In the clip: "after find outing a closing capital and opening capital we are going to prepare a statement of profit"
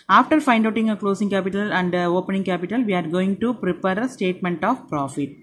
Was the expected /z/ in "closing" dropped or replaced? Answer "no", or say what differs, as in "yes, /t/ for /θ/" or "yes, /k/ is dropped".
yes, /s/ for /z/